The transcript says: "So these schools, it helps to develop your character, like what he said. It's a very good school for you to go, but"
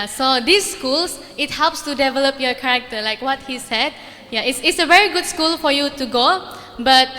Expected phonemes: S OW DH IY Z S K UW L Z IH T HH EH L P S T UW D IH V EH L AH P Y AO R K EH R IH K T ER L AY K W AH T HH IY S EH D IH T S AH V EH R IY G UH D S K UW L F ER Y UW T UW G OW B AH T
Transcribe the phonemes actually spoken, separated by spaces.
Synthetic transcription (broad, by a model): S OW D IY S K UW L S IH T HH EH L P S T UW D IH V EH L AH P Y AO K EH R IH K T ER L AY K W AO T HH IY S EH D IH T S AH V EH R IY G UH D S K UW L F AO Y UW T UW G OW B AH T